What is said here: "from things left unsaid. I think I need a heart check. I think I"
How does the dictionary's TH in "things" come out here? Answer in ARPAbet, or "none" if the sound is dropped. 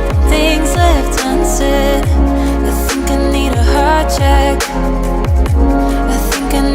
TH